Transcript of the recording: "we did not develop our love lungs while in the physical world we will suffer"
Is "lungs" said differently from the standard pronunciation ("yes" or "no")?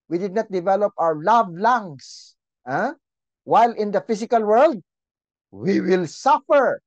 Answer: yes